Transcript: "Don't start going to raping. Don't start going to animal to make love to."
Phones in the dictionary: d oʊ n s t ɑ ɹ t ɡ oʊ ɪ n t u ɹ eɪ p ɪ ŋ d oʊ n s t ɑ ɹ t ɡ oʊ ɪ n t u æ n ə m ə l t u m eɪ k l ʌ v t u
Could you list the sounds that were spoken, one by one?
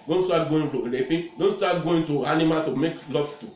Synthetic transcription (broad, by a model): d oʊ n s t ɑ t ɡ oʊ ɪ n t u l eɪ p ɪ d oʊ n s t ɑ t ɡ oʊ ɪ n t u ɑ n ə m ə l t u m eɪ k l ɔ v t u